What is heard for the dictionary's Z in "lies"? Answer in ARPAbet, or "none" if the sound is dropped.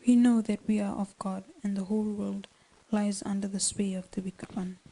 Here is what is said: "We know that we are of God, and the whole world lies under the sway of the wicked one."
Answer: Z